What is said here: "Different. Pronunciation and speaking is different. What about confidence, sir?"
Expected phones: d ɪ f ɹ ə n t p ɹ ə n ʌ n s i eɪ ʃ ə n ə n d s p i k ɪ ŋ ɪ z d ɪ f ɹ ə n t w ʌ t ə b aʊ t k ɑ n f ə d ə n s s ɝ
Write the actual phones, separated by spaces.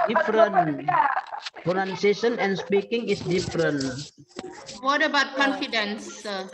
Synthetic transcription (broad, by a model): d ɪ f ɹ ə n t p ə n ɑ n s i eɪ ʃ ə n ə n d s p i k ɪ ŋ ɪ s d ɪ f ɹ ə n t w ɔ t ə b aʊ t k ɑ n f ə d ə n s s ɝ